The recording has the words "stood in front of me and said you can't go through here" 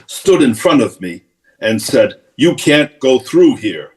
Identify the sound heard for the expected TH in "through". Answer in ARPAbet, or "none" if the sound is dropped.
TH